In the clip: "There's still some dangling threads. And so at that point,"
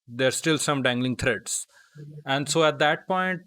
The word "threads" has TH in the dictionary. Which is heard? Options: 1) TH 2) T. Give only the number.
2